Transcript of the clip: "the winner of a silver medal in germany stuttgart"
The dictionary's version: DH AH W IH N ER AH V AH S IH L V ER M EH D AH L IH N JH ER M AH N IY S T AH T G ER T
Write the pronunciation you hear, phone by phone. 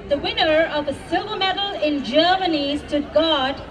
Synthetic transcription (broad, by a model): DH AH W IH N ER AH V AH S IH V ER M EH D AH L IH N JH ER M AH N IY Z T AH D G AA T